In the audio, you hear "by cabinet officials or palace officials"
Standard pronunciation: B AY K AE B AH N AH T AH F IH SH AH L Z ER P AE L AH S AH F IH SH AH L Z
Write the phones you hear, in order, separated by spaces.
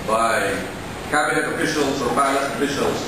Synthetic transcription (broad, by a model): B AY K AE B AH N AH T AH F IH SH AH L Z ER B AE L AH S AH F IH SH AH L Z